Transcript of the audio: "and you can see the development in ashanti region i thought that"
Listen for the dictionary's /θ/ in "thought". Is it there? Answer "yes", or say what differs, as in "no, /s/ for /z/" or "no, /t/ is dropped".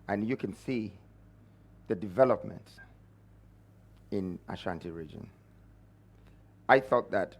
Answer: yes